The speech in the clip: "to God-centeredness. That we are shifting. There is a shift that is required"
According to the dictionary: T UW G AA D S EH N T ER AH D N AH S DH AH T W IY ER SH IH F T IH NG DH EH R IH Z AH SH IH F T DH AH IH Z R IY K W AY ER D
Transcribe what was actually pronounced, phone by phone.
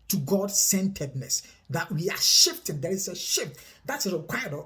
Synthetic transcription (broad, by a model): T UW G AA D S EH N T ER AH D N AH S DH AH T W IY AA SH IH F T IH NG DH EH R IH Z AH SH IH F T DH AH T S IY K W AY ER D